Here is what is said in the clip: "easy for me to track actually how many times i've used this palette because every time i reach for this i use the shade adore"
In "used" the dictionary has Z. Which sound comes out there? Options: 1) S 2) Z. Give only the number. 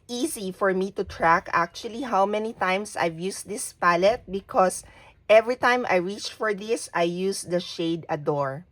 1